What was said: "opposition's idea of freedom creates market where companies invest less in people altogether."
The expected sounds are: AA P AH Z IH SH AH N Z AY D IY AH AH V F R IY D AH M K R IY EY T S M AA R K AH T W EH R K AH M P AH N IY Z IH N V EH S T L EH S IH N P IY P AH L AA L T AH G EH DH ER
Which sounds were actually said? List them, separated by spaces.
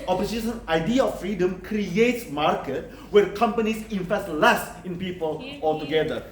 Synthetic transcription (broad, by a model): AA P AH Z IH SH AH N AY D IY AH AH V F R IY D AH M K R IY EY T S M AA R K AH T W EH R K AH M P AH N IY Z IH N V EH S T L EH S IH N P IY P AH L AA L T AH G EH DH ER